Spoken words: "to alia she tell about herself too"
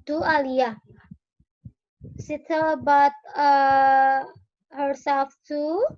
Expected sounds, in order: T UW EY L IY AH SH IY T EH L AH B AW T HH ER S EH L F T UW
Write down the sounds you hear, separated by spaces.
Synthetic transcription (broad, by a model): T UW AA L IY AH S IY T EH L B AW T HH ER S EH L F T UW